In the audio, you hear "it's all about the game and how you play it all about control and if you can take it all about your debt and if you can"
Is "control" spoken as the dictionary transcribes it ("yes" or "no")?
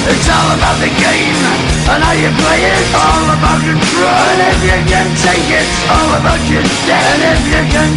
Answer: no